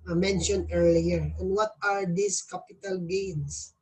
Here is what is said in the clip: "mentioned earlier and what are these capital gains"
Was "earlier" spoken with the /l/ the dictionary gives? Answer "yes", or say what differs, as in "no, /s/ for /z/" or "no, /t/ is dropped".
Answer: yes